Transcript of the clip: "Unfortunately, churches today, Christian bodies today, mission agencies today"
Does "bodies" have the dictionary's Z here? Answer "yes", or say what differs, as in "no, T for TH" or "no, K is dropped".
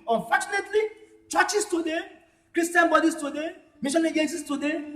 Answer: no, S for Z